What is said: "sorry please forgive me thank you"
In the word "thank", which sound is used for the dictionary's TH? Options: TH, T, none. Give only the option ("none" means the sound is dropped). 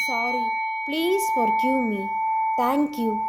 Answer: T